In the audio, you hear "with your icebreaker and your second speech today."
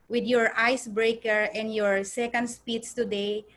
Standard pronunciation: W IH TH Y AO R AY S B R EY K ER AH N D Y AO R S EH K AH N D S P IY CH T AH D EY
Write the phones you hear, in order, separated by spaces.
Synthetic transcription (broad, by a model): W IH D Y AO R AY S B R EY K ER AH N D Y AO R S EH K AH N D S P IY S T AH D EY